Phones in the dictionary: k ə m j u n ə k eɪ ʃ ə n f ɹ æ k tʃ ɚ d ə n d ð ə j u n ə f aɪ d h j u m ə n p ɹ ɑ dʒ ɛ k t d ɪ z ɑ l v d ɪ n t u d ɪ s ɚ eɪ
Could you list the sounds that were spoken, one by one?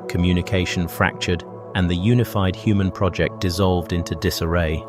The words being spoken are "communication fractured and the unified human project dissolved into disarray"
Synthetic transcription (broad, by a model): k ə m j u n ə k eɪ ʃ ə n f ɹ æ k tʃ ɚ d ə n ð ə j u n ə f aɪ d h j u m ə n p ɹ ɑ dʒ ɛ k d ɪ z ɑ l v d ɪ n t u d ɪ s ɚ eɪ